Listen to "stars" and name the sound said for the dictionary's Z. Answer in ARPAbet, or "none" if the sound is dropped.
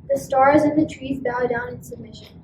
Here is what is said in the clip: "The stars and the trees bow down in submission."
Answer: Z